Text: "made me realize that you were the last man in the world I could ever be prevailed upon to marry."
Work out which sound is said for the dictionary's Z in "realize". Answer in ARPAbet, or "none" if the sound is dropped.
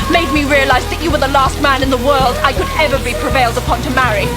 Z